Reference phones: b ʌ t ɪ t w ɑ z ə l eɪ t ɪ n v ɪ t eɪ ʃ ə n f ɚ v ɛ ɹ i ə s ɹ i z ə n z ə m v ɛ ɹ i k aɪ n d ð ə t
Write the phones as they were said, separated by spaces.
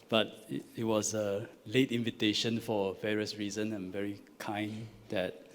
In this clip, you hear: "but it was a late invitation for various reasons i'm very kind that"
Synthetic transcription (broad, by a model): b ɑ t ɪ t w ɑ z ə l eɪ t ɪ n v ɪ t eɪ ʃ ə n f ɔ v ɛ ɹ i ə s ɹ i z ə n ə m v ɛ ɹ i k aɪ n d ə t